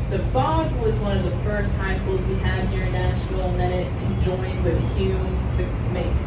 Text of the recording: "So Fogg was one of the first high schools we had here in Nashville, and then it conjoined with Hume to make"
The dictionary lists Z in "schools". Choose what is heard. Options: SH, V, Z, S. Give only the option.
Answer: Z